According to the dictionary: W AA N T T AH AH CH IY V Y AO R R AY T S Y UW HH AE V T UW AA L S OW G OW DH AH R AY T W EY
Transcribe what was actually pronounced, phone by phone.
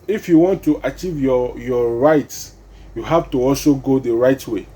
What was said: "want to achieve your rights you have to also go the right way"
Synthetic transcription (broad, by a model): W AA N T T AH CH IY V Y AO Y R AY T S Y UW HH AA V T UW AA L S OW G OW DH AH R AY T W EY